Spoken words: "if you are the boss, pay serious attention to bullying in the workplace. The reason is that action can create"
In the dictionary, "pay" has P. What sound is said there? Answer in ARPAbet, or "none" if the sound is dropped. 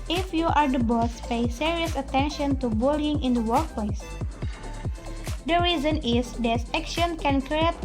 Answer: P